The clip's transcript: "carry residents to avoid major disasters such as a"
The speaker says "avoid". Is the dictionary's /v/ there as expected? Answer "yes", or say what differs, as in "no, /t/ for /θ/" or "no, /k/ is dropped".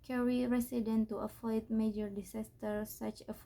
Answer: no, /f/ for /v/